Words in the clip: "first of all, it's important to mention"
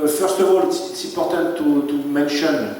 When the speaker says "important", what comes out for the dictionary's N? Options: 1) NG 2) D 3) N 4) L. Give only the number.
4